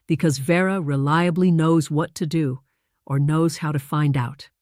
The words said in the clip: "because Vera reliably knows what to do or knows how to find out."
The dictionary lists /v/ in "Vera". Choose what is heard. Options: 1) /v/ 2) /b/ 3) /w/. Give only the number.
1